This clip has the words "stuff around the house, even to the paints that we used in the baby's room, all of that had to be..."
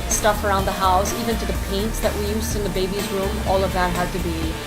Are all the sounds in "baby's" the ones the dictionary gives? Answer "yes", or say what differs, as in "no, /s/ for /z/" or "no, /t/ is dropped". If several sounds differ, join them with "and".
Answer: yes